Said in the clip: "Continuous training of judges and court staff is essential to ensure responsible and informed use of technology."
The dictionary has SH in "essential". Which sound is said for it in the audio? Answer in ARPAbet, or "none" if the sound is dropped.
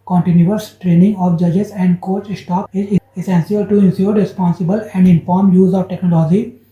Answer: S